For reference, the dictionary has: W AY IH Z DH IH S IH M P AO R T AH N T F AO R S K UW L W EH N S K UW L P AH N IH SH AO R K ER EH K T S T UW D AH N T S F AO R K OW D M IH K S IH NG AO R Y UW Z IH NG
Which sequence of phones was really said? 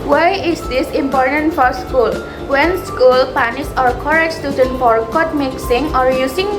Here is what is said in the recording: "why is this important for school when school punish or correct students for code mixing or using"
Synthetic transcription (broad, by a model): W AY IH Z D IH S IH M P AO R T AH N T F AO R S K UW L W EH N S K UW L P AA N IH S AO R K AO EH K S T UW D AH N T F AO R K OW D M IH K S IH NG AO R Y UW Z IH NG